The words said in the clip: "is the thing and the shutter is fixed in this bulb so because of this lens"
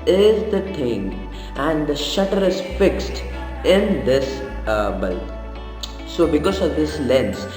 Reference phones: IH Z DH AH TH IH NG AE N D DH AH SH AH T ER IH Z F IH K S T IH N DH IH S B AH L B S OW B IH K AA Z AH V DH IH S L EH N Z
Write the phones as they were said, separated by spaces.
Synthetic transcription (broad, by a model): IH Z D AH T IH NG AE N D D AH SH AH T ER IH Z F IH K S T IH N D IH S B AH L S OW B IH K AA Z AH V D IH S L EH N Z